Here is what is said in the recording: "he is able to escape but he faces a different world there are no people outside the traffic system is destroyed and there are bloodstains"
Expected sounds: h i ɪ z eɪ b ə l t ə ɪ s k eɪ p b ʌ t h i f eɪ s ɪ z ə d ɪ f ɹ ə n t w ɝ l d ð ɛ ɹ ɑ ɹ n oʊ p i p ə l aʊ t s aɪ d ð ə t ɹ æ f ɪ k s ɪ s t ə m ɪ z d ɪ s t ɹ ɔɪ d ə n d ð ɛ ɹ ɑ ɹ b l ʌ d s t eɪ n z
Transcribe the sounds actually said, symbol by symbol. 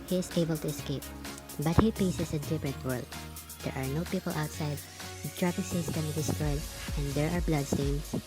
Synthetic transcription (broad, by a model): h i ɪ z eɪ b ə l t ə ɪ s k eɪ p b ʌ t h i p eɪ s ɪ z ə d ɪ f ɹ ə n t w ɝ l d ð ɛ ɹ ɑ ɹ n oʊ p i p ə l aʊ t s aɪ d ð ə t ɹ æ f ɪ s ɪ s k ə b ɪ d ɪ s t ɹ ɔɪ d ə n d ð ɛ ɹ ɑ ɹ b l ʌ d s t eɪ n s